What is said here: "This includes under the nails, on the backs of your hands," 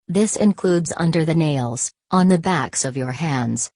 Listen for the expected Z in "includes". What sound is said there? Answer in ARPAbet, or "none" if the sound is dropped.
Z